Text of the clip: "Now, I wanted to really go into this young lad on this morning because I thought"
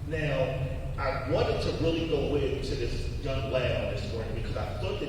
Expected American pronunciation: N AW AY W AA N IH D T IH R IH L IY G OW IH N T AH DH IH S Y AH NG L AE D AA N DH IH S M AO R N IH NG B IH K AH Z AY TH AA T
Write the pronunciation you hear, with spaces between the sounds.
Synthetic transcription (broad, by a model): N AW AY W AA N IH D T IH R IH L IY G OW IH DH T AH DH IH S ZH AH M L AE IH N DH IH S M AO R N IH NG B IH K AH Z AY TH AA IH